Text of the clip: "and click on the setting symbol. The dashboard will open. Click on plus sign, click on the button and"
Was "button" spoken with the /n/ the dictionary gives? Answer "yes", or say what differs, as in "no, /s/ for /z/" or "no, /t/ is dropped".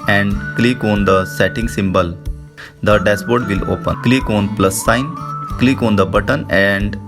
yes